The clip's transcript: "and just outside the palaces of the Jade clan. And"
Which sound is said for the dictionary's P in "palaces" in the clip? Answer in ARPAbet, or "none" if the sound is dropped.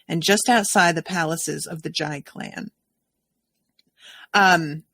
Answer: P